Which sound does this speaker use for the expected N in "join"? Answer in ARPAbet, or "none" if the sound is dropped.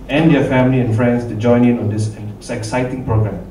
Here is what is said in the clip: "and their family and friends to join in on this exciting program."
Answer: N